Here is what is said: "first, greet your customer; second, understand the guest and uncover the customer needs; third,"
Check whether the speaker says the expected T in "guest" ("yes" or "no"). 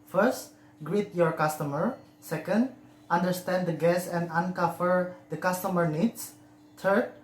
no